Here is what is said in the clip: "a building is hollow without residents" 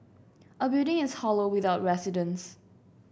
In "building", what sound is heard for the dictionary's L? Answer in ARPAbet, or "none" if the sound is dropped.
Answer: none